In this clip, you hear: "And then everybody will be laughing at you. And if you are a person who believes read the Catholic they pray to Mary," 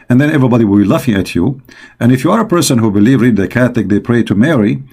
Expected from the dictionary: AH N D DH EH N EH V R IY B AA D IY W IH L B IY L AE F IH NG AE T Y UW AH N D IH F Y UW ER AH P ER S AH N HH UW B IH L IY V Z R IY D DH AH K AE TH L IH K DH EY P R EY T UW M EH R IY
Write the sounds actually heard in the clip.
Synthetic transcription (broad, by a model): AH N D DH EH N EH V R IY B AA D IY W IH L B IY L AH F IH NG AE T Y UW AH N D IH F Y UW ER AH P ER S AH N HH UW B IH L IY V R IY D DH AH K AE TH L IH K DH EY P R EY T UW M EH R IY